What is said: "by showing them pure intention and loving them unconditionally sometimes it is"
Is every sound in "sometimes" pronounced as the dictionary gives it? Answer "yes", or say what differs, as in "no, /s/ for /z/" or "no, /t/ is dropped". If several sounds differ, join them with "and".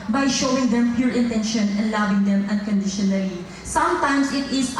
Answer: no, /s/ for /z/